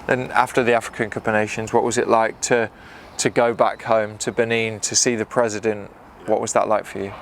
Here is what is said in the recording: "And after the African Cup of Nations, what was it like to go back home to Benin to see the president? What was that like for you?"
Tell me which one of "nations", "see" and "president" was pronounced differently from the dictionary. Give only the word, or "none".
none